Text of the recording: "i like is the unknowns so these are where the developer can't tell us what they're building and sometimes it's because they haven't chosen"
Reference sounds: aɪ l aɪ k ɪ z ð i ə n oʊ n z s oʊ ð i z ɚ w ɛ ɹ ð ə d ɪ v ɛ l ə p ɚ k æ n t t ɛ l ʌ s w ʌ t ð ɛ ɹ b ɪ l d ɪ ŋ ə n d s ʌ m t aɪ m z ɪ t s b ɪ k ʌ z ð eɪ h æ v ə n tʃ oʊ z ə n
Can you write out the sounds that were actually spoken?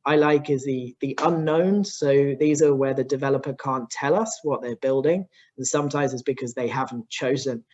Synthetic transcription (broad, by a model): aɪ l aɪ k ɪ z ð i ə n oʊ n s oʊ ð i z ɚ w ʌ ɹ ð ə d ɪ v ɛ l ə p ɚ k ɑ n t t ɛ l ʌ s w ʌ t ð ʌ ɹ b ɪ l d ɪ ŋ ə n s ʌ m t aɪ m z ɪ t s b ɪ k ʌ z ð eɪ h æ v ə n tʃ oʊ z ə n